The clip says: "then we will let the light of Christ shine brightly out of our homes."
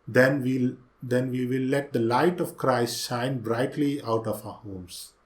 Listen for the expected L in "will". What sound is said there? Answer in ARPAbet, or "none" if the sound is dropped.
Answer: N